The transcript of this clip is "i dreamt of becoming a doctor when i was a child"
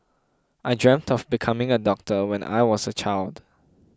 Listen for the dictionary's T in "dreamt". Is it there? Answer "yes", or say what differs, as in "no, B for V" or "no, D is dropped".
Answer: yes